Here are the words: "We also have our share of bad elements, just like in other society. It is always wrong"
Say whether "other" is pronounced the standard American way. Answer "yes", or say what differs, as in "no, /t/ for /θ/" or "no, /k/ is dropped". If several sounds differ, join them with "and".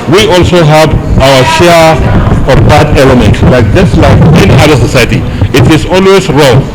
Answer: no, /ð/ is dropped